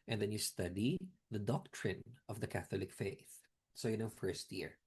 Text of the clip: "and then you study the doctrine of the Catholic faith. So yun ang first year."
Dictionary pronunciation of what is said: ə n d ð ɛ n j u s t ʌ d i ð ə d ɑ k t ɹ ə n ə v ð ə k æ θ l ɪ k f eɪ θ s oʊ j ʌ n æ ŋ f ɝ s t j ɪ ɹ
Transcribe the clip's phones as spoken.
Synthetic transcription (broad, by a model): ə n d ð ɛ n j u s t ʌ d i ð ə d ɑ k t ɹ ə n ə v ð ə k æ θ l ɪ k f eɪ θ s oʊ j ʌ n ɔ f ɝ s t j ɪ ɹ